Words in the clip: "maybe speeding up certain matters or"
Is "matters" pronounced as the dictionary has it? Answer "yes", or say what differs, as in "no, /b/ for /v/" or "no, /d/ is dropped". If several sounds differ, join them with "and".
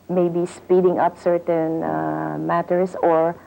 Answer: no, /s/ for /z/